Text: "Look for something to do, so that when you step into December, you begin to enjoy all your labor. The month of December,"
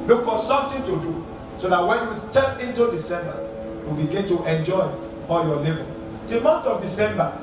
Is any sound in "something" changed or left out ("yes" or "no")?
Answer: yes